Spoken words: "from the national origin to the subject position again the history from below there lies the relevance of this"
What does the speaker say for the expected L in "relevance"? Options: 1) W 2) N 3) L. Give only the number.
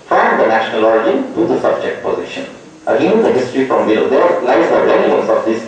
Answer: 2